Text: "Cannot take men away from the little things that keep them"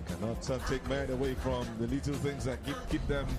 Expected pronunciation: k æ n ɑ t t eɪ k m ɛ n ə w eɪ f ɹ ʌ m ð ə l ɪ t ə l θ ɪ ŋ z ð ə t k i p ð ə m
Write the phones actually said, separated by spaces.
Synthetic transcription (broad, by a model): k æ n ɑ t t eɪ k m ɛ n ə w eɪ f ɹ ʌ m ð ə l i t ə l θ ɪ ŋ z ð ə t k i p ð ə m